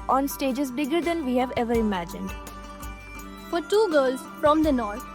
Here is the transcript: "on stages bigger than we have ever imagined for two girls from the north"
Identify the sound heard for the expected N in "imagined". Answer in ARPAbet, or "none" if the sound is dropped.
N